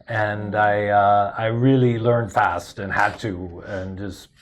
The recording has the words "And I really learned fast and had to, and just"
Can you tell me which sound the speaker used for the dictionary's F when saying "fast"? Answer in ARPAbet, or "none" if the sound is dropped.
F